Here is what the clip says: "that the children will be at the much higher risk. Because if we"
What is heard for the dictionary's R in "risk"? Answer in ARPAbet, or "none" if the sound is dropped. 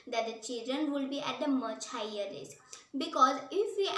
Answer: L